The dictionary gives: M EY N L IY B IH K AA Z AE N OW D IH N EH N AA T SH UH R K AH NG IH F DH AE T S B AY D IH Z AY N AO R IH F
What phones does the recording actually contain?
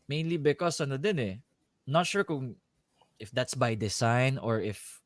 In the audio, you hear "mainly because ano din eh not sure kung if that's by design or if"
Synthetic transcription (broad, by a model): M EY N L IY B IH K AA S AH N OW D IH N EH N AA T SH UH R K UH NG IH F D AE T S B AY D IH S AY N AO R IH F